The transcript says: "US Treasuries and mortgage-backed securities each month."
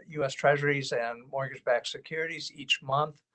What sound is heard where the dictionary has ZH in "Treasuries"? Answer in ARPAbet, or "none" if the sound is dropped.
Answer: ZH